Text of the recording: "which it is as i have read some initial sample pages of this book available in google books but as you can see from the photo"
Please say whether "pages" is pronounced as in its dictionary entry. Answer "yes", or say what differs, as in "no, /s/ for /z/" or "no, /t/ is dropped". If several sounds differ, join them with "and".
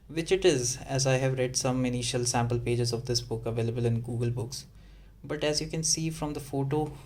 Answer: yes